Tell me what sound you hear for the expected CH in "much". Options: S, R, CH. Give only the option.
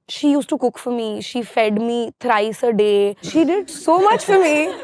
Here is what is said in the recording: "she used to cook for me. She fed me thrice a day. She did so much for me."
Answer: CH